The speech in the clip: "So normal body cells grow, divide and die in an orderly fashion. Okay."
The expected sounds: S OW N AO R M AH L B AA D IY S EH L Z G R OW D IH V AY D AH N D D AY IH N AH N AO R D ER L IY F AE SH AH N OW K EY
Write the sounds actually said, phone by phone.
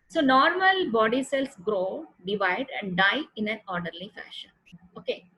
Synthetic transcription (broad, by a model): S OW N AO R M AH L B AA D IY S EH L S G R OW D IH V AY D AH N D D AY IH N AH N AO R D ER L IY F AE SH AH N OW K EY